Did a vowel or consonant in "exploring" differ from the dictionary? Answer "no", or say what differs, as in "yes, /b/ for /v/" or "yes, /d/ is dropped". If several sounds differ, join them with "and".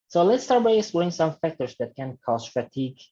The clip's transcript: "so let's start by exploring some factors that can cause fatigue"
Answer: yes, /k/ is dropped